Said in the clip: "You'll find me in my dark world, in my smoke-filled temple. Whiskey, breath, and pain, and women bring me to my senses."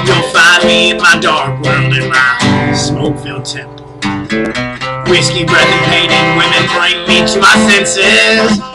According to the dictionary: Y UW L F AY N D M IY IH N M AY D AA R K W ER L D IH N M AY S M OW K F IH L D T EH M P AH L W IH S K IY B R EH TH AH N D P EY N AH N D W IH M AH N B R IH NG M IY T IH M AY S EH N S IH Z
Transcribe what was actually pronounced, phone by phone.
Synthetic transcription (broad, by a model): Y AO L F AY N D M IY IH N M AY D AA R K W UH N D IH N M AY S M OW K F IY L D T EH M P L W IH S K IY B R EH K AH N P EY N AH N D W IH M AH N B R IH NG M IY T IH M AY S EH N S IH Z